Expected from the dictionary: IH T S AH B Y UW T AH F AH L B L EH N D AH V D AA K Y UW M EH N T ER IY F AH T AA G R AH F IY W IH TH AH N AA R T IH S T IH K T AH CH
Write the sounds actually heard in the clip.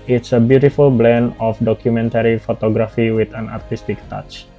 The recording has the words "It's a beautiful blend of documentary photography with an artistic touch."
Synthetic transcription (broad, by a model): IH T S AH B Y UW T AH F AH L B L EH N AH F D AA K Y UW M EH N T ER IY F AH T AA G R AH F IY W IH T AH N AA R T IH S T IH K T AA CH